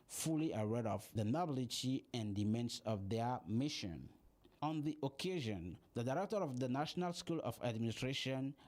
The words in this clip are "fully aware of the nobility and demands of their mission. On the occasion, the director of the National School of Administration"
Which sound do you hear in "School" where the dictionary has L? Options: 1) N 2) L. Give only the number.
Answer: 2